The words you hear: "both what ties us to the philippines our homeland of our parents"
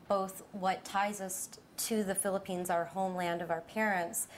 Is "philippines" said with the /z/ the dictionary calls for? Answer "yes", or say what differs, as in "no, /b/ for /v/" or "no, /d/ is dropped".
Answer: yes